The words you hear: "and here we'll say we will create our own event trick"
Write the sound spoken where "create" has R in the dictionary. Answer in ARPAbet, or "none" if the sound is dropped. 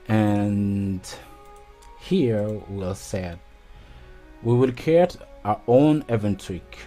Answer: none